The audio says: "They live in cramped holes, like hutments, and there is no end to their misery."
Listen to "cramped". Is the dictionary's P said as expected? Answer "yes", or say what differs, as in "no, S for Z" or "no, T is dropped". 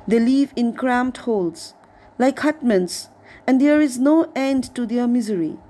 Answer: no, P is dropped